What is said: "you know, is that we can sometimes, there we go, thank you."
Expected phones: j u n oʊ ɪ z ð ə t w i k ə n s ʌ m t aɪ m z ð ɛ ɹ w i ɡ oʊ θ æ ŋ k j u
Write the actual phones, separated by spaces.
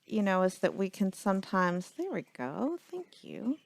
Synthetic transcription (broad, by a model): j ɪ n oʊ ɪ z ð ə t w i k ə n s ʌ m t aɪ m z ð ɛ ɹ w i ɡ oʊ θ æ ŋ k j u